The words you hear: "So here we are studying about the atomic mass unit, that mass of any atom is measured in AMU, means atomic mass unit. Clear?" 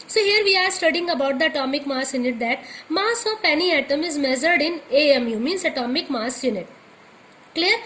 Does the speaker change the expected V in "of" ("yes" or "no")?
yes